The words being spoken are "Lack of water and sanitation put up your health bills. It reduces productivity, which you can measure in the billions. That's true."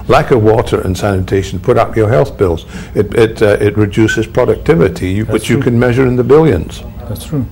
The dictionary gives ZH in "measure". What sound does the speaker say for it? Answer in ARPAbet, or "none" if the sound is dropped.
ZH